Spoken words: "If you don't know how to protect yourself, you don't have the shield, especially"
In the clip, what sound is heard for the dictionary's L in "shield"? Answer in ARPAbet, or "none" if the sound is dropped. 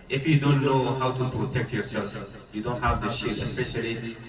none